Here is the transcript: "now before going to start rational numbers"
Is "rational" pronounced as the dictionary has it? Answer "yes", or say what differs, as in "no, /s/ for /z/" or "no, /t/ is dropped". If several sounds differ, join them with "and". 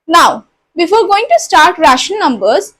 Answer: no, /n/ is dropped and /n/ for /l/